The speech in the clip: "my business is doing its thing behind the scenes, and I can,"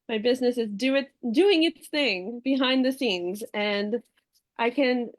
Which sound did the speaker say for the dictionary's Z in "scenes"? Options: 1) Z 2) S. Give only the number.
1